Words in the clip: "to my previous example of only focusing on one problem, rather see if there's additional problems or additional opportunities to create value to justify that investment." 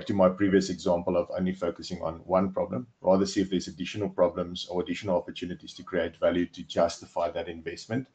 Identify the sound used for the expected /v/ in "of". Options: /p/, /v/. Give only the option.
/v/